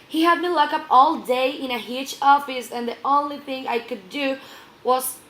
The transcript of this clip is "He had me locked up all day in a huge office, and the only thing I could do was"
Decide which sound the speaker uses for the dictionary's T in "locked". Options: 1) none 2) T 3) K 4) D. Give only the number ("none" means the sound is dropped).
1